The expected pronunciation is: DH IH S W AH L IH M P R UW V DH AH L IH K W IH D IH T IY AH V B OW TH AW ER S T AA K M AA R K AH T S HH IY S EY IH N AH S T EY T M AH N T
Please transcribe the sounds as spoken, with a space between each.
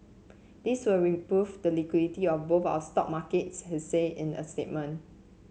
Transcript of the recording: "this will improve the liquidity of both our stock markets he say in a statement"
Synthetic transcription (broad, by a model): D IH S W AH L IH P R UW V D AH L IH K W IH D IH T IY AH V B OW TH AW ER S T AA K M AA K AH T S HH IY S EY IH N AH S T EY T M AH N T